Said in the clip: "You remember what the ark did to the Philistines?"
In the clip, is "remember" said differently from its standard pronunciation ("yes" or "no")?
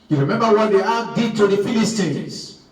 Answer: no